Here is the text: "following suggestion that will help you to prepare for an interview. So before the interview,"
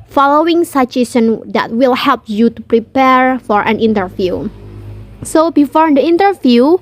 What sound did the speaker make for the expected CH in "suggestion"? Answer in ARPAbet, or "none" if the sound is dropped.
none